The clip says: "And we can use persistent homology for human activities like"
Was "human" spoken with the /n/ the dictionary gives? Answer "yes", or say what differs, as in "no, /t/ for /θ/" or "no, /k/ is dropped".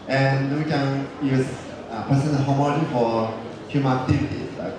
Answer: no, /n/ is dropped